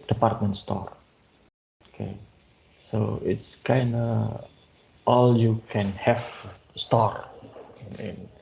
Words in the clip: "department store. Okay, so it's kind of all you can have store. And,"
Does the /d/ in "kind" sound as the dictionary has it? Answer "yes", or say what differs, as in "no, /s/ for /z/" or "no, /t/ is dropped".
yes